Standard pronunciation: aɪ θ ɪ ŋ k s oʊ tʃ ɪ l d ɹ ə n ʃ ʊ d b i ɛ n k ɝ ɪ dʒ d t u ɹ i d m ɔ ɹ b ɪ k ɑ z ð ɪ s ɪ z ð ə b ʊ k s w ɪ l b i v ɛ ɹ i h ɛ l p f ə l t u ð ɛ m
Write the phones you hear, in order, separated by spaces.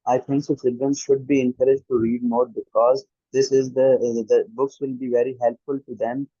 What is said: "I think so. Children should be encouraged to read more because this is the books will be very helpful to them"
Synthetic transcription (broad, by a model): aɪ t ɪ ŋ k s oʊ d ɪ d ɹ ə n ʃ ʊ d b i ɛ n k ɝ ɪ dʒ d t u ɹ i d m ɔ ɹ b ɪ k ɑ z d ɪ s ɪ z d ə b ʊ k s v ɪ l b i v ɛ ɹ i h ɛ l p f ə l t u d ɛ m